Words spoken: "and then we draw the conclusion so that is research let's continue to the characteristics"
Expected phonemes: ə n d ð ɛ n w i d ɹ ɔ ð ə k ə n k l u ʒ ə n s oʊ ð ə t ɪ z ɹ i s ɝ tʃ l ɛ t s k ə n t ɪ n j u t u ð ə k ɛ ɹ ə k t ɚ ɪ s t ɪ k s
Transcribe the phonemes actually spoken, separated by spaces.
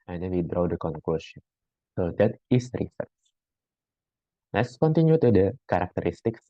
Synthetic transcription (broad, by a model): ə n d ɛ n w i d ɹ ɔ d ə k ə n k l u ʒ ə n s oʊ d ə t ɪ s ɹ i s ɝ s l ɛ t s k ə n t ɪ n j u t u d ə k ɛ ɹ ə k t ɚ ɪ s t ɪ k s